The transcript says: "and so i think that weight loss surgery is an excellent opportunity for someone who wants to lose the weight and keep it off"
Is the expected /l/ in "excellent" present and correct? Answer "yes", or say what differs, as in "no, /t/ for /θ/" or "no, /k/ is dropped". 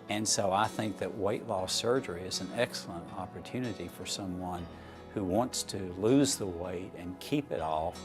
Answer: yes